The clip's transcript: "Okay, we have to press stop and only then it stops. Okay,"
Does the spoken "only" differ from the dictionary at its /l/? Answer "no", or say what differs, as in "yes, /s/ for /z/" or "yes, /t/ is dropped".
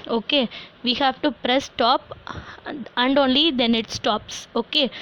no